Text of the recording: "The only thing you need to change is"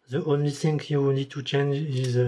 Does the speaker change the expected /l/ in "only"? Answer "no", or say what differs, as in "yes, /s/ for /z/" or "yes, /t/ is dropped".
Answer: no